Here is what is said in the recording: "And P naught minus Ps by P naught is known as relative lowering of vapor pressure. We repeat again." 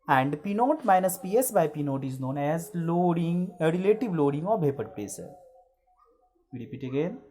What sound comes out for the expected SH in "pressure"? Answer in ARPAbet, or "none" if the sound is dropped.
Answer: S